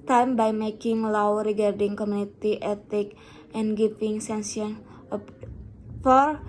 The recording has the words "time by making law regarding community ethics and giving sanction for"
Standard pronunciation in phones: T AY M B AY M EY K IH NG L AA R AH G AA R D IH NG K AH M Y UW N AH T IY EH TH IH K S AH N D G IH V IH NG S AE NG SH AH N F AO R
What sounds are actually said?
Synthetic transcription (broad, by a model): T AY M B AY M EY K IH NG L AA R AH G AA R D IH NG K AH M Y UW N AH T IY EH T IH K AH N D G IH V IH NG S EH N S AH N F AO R